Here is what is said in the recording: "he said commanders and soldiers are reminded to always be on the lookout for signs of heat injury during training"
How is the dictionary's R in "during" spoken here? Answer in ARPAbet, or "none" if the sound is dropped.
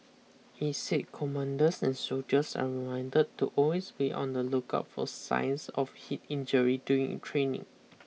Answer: none